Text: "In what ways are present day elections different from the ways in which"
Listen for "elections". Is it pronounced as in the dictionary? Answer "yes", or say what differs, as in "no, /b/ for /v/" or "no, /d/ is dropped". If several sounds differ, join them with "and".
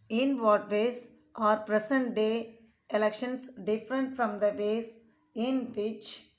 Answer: no, /s/ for /z/